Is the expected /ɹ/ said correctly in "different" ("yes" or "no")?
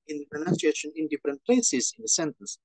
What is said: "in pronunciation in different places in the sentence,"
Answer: yes